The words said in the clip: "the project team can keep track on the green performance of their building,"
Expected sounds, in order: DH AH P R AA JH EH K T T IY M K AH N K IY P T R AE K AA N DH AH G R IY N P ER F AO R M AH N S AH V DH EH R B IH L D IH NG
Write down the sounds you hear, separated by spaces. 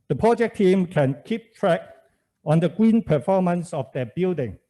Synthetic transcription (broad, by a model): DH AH P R AA JH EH K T T IY M K AH N K IY P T R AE K AA N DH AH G W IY N P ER F AO M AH N S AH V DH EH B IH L D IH NG